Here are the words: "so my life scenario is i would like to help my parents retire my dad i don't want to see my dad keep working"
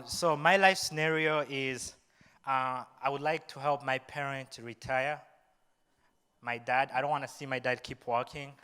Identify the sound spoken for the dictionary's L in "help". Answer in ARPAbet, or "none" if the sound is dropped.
L